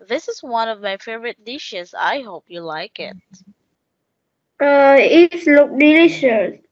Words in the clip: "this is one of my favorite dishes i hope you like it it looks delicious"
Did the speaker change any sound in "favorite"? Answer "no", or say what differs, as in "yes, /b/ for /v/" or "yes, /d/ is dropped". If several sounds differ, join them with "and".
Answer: no